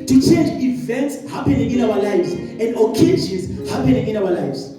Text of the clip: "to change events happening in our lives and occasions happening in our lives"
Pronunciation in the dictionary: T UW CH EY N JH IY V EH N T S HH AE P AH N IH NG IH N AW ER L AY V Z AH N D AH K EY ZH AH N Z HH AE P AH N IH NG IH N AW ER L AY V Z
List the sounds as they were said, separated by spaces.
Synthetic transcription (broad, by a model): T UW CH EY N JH IY V EH N T S HH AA P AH N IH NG IH N AW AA L AY V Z AH N D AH K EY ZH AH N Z HH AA P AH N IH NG IH N AW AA L AY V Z